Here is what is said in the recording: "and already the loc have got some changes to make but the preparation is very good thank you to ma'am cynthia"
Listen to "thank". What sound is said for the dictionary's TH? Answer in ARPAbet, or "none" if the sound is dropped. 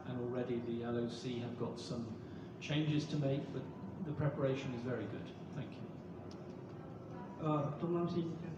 TH